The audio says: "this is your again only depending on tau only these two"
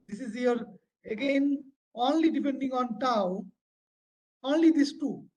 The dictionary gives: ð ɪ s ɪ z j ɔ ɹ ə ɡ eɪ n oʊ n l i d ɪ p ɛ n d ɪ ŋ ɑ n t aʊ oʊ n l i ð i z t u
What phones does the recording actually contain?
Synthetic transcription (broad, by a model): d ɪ s ɪ z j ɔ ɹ ə ɡ eɪ n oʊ n l i d ɪ p ɛ n d ɪ ŋ ɑ n t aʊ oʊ n l i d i s t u